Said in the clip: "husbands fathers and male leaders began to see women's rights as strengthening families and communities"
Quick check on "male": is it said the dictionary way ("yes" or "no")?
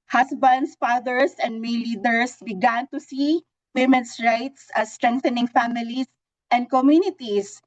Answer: no